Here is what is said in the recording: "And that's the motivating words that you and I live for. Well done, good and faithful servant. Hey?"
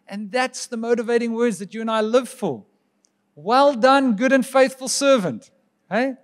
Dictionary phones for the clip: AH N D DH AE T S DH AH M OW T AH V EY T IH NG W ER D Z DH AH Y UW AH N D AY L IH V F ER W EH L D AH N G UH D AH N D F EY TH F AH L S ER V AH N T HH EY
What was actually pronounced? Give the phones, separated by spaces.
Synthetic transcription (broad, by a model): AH N DH AE T S DH AH M OW T AH V EY T IH NG W ER D Z DH AH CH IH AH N AY L IH V F ER W EH L D AH N G UH D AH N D F EY TH F AH L S ER V AH N T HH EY